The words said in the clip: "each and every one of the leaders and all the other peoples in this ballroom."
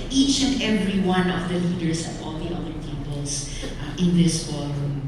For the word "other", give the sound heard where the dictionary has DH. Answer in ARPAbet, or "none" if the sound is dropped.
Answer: none